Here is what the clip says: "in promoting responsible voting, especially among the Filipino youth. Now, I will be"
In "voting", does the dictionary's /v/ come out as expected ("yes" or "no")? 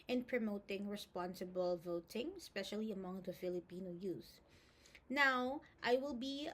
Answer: yes